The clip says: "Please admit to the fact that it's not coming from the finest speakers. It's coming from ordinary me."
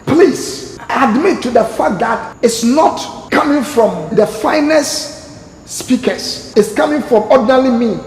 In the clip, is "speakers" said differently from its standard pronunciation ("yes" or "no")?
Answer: yes